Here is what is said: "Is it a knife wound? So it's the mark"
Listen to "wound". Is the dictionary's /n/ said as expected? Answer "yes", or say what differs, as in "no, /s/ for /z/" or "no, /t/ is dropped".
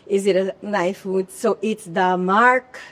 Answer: no, /n/ is dropped